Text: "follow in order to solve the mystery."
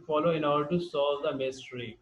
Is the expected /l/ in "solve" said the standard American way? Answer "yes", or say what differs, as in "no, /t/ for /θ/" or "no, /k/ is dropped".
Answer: no, /l/ is dropped